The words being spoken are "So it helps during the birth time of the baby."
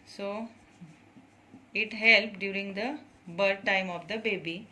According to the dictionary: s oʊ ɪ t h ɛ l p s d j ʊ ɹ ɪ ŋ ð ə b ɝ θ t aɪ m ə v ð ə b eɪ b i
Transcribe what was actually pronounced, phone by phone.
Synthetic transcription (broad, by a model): s oʊ ɪ t h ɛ l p d j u ɹ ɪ ŋ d ə b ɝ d t aɪ m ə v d ə b eɪ b i